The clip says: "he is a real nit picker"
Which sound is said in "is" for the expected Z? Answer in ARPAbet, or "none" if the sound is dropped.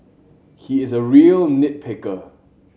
Z